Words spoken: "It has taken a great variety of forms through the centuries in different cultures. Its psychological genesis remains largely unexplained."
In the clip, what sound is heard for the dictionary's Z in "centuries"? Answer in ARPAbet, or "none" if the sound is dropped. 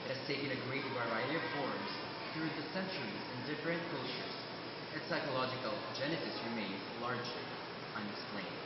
Z